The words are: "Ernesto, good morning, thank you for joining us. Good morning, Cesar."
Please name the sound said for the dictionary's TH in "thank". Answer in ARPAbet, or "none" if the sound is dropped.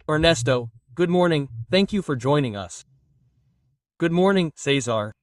TH